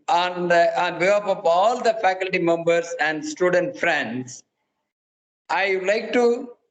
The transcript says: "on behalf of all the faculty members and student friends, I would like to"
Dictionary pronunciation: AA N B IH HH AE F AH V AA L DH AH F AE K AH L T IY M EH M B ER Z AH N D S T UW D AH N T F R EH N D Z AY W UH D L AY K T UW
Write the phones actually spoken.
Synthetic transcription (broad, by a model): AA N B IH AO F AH P AA L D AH F AE K AH L T IY M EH M B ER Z AH N D S T UW D AH N T F R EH N D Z AY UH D L AY K T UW